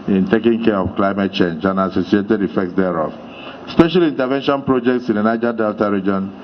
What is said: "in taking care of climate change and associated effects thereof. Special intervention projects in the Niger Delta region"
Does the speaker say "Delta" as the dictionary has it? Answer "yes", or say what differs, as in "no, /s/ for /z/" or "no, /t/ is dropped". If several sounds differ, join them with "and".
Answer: yes